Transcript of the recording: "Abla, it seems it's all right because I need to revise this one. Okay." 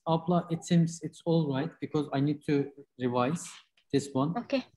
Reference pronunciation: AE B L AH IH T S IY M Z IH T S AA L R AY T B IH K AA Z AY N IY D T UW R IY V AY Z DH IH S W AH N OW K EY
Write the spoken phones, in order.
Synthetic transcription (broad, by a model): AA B L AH IH T S IY M Z IH T S AA L R AY T B IH K AA Z AY N IY D T UW R IY V AY Z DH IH S W AH N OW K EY